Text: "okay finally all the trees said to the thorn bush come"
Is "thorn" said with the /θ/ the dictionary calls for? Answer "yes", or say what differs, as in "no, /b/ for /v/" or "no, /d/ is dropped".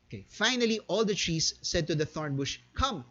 yes